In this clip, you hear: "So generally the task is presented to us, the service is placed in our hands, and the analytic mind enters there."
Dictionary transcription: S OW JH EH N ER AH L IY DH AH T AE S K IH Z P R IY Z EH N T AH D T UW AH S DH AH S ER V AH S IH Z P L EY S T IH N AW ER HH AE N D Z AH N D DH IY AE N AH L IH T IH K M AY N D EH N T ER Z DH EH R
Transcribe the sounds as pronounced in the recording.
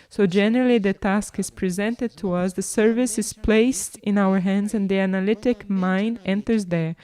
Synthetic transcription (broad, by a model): S OW JH EH N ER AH L IY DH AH T AE S K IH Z P R IY Z EH N T AH D T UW AH S DH AH S ER V AH S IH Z P L EY S T IH N AW ER HH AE N D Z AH N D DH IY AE N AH L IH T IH K M AY N D EH N T ER Z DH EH R